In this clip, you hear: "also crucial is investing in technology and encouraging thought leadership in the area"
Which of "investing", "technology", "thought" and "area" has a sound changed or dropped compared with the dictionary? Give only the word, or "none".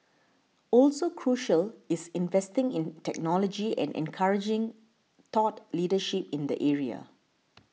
thought